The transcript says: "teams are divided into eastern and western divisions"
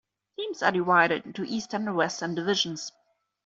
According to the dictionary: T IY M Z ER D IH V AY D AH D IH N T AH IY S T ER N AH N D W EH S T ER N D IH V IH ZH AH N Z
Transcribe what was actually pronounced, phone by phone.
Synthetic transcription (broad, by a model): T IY M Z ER D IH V AY D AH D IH T IY S T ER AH N W EH S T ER N D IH V IH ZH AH N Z